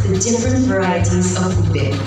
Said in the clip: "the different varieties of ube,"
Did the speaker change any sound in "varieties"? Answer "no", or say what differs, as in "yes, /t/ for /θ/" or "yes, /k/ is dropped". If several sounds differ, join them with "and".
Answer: no